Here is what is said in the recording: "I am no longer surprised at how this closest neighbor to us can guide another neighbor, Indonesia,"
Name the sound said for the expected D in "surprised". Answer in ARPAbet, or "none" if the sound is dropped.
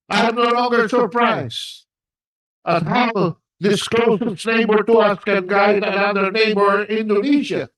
none